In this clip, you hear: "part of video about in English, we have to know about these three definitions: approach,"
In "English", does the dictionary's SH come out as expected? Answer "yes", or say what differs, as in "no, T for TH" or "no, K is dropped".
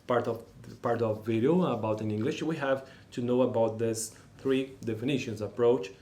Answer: yes